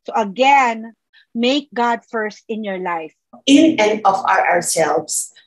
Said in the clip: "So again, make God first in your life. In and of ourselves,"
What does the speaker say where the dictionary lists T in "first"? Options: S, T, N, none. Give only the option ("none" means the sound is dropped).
T